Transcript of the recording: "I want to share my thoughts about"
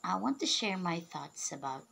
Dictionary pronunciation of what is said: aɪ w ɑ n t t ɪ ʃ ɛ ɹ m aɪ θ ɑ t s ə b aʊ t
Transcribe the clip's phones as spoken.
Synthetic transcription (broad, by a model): aɪ w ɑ n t t ɪ ʃ ɛ ɹ m aɪ θ ɑ t s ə b aʊ t